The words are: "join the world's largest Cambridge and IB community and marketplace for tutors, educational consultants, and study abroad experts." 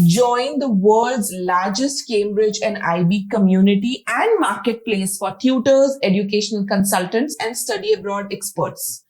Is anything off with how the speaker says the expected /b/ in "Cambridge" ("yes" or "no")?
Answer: no